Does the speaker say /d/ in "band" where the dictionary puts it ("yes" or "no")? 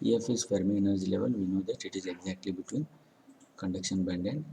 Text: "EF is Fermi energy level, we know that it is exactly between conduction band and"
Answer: yes